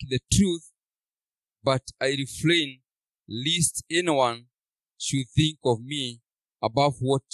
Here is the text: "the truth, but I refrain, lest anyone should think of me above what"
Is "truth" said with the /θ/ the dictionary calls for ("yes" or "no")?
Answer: yes